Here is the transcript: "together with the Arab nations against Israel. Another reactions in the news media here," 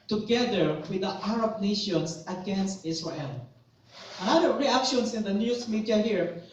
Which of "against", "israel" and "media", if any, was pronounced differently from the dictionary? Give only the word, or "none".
israel